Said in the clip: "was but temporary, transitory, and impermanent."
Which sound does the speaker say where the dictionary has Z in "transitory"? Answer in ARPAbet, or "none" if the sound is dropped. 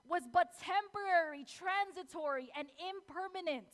Z